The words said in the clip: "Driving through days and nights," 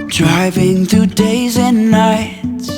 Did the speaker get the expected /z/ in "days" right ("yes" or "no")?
yes